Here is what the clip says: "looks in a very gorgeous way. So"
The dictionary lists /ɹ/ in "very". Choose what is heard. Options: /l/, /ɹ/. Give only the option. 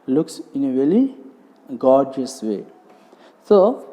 /l/